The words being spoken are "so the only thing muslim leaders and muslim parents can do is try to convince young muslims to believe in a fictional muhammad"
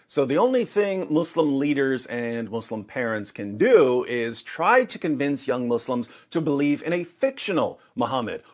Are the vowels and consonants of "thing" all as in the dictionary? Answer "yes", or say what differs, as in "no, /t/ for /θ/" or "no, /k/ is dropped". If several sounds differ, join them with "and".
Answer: yes